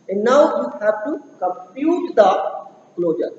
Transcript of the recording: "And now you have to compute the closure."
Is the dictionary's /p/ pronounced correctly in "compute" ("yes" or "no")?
no